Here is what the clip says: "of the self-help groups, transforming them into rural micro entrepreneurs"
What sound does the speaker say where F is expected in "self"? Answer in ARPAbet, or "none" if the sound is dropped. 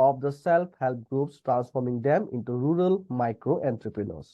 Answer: P